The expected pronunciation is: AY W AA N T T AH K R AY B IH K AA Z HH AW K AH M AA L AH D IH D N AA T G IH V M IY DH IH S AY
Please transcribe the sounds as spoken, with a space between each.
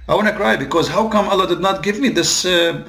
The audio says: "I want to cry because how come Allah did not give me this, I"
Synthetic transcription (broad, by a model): AY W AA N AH K R AY B IH K AA Z HH AW K AH M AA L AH D IH D N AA T G IH V M IY DH IH S